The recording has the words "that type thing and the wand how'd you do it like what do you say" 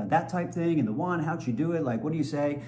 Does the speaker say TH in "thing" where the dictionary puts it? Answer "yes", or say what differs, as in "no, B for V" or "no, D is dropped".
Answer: yes